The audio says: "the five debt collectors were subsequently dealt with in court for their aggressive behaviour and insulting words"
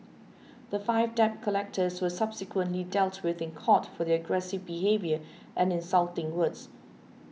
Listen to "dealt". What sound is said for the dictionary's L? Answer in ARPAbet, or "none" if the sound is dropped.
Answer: L